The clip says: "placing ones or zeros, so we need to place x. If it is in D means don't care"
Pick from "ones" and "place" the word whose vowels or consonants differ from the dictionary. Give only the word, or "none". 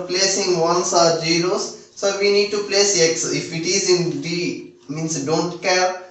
ones